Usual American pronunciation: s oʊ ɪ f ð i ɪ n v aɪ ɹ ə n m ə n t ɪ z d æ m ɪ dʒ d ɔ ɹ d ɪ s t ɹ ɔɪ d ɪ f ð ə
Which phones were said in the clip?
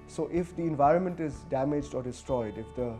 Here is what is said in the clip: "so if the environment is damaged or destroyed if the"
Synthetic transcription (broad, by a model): s oʊ ɪ f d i ɪ n v aɪ ɹ ə n m ə n t ɪ z d æ m ɪ dʒ d ɔ ɹ d ɪ s t ɹ ɔɪ d ɪ f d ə